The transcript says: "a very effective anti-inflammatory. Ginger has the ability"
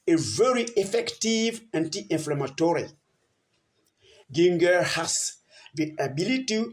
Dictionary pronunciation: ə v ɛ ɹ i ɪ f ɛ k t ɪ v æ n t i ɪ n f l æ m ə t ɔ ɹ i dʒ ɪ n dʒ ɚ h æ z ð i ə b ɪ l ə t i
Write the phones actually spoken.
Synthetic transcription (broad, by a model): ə v ɛ ɹ i ɪ f ɛ k t ɪ v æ n t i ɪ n f l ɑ m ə t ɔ ɹ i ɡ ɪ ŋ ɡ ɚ h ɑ s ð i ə b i l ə t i